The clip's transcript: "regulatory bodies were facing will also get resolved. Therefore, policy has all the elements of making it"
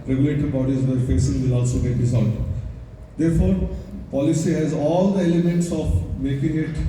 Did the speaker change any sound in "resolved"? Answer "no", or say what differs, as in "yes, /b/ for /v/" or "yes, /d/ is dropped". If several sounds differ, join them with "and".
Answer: yes, /v/ is dropped